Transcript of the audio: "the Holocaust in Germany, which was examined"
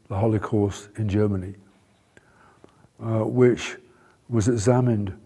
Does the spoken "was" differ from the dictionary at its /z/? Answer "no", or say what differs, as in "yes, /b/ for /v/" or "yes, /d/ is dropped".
no